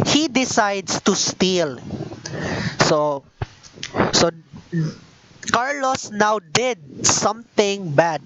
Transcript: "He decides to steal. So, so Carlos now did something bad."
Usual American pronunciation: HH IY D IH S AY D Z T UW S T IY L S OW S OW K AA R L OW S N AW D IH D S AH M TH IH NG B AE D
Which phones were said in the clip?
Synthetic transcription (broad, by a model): HH IY D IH S AY D S T UW S T IY L S OW S OW K AA R L OW S N AW D IH D S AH M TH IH NG B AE D